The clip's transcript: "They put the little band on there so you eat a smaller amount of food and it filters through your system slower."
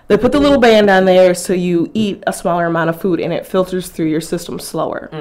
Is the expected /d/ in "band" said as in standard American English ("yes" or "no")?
yes